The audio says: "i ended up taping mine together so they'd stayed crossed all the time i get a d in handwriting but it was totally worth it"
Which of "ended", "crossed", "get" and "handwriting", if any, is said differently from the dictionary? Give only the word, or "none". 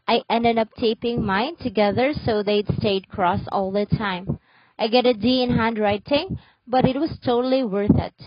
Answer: crossed